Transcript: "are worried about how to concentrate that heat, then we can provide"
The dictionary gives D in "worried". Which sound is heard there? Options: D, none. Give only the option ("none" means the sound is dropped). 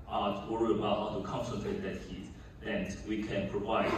none